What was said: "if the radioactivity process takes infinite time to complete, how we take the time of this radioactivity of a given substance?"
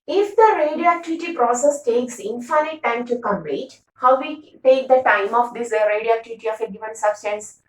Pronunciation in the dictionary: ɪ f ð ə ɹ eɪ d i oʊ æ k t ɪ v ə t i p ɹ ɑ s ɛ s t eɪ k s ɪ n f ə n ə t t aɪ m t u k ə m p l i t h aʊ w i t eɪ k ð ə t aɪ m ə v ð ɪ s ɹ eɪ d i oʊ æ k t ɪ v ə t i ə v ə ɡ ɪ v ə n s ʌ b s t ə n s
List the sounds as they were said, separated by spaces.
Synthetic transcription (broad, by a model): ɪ f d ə ɹ eɪ d i oʊ æ k t ɪ v ə t i p ɹ ɑ s ɛ s t eɪ k s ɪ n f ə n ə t t aɪ m t u k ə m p i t h aʊ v i t eɪ k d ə t aɪ m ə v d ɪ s ɹ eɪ d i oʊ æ k t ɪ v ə t i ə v ə ɡ ɪ v ə n s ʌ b s t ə n s